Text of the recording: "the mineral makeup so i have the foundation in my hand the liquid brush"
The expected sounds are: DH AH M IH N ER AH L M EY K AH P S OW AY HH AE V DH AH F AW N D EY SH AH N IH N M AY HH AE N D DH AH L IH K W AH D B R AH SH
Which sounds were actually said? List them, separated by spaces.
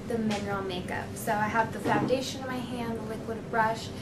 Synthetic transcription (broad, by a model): DH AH M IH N ER L M EY K AH P S OW AY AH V DH AH F AW N D EY AH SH IH N M AY HH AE N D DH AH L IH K W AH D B R AH SH